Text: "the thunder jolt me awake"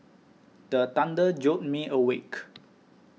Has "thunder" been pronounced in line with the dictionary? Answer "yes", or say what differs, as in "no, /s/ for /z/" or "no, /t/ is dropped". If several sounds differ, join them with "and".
no, /t/ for /θ/